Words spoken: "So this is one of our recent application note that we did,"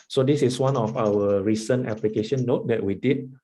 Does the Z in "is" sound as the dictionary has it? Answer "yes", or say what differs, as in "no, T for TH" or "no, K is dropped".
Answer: no, S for Z